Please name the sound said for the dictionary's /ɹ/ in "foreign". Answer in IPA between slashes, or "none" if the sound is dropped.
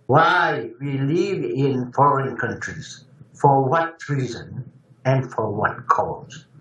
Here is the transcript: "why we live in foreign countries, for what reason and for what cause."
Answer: /ɹ/